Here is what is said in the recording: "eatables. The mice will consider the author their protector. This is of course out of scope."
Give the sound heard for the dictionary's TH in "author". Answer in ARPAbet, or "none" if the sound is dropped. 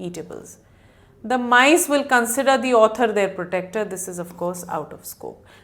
T